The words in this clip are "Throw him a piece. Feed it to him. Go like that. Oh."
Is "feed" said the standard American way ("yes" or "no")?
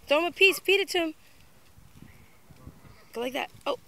no